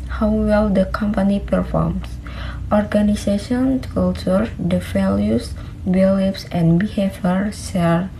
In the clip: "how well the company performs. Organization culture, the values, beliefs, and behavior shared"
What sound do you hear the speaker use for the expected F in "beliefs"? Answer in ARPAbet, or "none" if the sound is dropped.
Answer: P